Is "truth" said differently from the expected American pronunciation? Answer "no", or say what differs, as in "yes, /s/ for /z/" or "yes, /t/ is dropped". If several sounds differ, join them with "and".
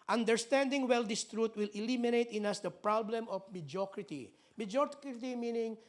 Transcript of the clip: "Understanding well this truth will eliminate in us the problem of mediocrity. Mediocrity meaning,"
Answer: yes, /t/ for /θ/